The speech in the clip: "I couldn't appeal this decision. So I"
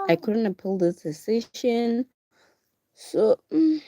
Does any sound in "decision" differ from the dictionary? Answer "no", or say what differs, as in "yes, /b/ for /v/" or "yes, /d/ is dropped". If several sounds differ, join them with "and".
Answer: yes, /ʃ/ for /ʒ/